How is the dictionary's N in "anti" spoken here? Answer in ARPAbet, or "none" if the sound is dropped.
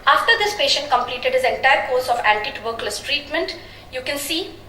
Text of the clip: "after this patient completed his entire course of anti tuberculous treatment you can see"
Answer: L